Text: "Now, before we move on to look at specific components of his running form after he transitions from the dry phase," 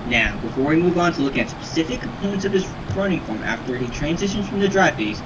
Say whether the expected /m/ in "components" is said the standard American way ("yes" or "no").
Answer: yes